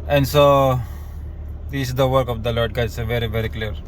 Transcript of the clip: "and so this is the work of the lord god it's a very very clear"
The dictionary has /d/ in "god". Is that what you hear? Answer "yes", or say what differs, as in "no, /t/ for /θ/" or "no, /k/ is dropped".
no, /d/ is dropped